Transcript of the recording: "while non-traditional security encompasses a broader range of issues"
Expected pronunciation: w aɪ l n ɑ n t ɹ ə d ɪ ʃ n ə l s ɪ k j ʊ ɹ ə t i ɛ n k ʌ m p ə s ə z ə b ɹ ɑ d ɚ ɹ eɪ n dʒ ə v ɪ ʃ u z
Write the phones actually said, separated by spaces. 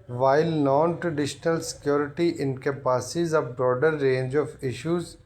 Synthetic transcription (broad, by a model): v aɪ l n ɑ n t ɹ ə d ɪ ʃ n ə l s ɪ k j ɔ ɹ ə t i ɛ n k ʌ p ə s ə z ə b ɹ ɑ d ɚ ɹ eɪ n dʒ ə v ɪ ʃ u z